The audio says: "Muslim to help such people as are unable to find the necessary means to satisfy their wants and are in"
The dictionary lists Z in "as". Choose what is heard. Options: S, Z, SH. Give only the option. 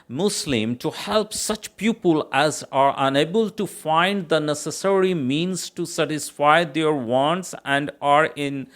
Z